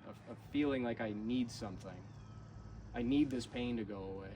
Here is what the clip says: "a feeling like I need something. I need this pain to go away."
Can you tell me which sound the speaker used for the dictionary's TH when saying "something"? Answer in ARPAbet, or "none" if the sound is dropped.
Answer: TH